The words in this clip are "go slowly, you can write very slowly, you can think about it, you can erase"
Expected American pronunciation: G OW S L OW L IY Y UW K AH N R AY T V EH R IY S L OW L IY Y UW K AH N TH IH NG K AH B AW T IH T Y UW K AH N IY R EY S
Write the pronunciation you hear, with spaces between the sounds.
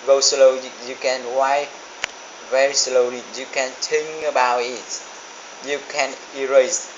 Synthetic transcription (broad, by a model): G OW S L OW IY Y UW K AH N W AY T V EH R IY S L OW L IY Y UW K AH N T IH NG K AH B AW T IH T Y UW K AH N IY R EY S